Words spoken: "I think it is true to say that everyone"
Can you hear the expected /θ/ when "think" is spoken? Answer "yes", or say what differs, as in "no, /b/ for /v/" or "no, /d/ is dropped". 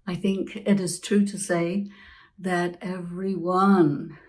yes